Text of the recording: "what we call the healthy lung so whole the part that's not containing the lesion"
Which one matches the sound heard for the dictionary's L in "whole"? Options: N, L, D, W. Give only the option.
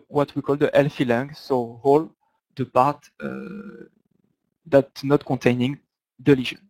L